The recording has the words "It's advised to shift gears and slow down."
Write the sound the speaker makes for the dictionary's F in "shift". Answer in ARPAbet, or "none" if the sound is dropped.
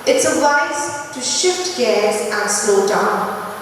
F